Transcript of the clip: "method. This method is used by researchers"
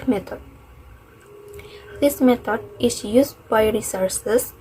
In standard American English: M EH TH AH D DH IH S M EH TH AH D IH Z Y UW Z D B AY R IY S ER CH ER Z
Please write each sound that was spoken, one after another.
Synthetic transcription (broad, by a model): M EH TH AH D DH IH S M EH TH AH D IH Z Y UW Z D B AY R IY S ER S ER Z